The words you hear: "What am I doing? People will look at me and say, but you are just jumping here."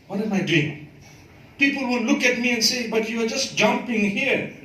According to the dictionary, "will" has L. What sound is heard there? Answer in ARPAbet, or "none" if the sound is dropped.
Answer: N